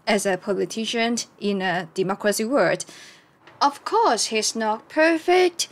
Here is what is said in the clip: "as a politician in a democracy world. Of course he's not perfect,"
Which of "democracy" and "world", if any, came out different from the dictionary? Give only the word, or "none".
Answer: world